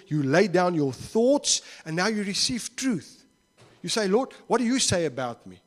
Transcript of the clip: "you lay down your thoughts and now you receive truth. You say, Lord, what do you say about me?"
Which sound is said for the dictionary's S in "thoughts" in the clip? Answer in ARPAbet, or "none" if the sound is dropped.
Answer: S